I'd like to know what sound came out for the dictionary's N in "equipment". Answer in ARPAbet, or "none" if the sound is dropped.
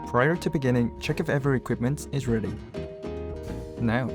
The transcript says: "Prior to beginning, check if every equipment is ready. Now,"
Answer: N